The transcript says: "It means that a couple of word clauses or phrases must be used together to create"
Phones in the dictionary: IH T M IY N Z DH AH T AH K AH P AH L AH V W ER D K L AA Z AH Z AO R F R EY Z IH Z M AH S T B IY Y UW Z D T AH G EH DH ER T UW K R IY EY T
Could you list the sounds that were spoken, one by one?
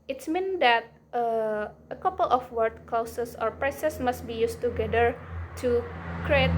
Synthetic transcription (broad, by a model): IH T M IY N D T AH T AH K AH P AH L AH F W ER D K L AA S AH S AO R P R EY S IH S M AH S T B IY Y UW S T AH G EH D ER T UW K R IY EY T